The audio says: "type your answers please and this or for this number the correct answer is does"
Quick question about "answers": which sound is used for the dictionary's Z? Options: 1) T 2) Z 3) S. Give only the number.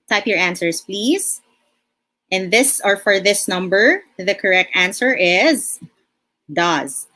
3